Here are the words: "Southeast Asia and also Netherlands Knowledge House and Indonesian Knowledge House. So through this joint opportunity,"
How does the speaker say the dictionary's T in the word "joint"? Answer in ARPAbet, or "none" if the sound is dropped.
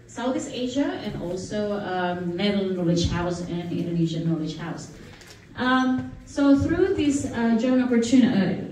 none